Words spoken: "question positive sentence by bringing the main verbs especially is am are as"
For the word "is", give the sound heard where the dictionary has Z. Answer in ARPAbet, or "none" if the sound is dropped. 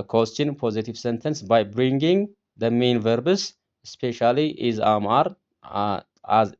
Z